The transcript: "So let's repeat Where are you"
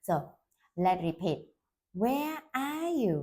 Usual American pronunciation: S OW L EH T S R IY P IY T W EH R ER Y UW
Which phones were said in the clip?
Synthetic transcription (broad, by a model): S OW L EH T R IY P IY T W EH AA Y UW